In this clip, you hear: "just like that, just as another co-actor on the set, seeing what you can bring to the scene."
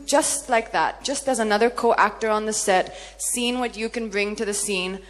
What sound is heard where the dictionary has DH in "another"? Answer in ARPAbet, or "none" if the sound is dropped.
DH